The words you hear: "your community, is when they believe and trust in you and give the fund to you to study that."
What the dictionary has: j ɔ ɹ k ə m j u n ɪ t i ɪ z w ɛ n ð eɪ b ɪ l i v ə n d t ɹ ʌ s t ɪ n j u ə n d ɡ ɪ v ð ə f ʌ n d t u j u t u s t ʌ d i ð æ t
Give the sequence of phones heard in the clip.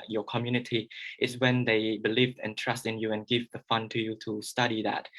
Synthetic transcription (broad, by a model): j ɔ k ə m j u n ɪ t i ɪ s w ɛ n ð eɪ b ɪ l i v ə n t ɹ ʌ s t ɪ n j u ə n ɡ ɪ v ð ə f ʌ n t u j u t u s t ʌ d i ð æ t